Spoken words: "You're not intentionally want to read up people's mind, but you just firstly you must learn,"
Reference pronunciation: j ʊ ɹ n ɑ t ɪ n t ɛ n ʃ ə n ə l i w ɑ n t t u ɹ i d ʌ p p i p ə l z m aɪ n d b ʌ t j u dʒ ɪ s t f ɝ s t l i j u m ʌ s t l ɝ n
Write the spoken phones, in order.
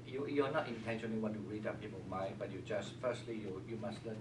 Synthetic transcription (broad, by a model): j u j n ɑ t ɪ n t ɛ n ʃ ə n ə l i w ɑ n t t u ɹ i d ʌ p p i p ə m aɪ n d b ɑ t j u dʒ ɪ s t f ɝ s t l i j u m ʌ s t l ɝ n